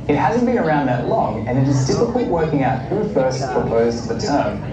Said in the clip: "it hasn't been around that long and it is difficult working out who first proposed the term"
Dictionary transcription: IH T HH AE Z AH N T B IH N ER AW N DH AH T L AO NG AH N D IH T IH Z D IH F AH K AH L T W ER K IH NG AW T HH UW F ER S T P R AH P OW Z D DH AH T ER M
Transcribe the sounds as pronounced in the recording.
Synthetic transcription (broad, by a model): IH T HH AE Z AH N B IH N ER AW N DH AH T L AO NG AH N IH T IH Z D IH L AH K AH T W ER K IH NG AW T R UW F ER S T P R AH P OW Z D DH AH T ER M